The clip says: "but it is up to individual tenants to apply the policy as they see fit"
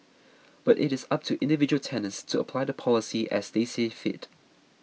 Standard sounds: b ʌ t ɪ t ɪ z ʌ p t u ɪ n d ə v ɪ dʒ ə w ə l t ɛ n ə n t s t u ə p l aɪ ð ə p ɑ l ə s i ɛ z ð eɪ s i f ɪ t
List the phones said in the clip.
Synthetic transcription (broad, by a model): b ʌ t ɪ t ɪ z ʌ p t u ɪ n d ə v ɪ dʒ ə w ə l t ɛ n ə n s t u ə p l aɪ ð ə p ɑ l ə s i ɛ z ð eɪ s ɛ f ɪ t